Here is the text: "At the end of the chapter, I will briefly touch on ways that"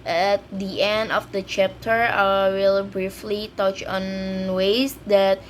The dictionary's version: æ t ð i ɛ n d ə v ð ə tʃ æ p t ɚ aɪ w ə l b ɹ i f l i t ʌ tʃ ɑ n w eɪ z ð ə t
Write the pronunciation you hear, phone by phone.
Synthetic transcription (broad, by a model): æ t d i ɛ n d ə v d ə tʃ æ p t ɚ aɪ w ə l b ɹ i f l i t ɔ tʃ ɑ n w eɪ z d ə t